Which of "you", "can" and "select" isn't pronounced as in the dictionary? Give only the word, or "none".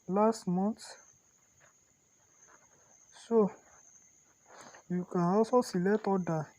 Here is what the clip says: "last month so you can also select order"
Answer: select